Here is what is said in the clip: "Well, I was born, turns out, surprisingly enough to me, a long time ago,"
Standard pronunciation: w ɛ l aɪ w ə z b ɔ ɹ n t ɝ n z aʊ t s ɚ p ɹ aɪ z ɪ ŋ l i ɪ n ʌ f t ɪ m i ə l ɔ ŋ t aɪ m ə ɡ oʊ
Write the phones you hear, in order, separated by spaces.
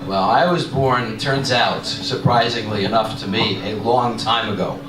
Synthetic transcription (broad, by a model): w ɛ l aɪ w ə z b ɔ ɹ n t ɝ n z aʊ t s ɚ p ɹ aɪ z ɪ ŋ l i ɪ n ʌ f t ɪ m i ə l ɔ ŋ t aɪ m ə ɡ oʊ